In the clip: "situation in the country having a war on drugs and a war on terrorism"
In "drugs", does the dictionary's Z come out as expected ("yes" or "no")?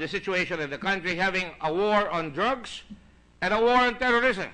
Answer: no